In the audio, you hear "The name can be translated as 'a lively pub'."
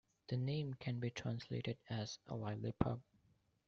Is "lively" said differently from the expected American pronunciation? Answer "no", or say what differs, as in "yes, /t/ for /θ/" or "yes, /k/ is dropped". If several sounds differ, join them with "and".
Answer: yes, /v/ is dropped